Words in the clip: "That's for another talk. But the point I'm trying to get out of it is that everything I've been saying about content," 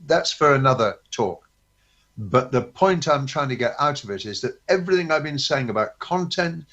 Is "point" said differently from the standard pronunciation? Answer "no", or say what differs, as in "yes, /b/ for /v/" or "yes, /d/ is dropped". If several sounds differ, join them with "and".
no